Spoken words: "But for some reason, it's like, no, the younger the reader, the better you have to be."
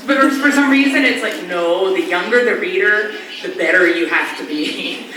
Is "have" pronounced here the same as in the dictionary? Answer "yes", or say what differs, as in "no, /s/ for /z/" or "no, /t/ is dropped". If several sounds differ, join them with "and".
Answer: no, /f/ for /v/